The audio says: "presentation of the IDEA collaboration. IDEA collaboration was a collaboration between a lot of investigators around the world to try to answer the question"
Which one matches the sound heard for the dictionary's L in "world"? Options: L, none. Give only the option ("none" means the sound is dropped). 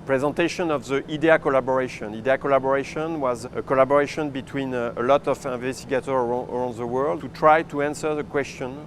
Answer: L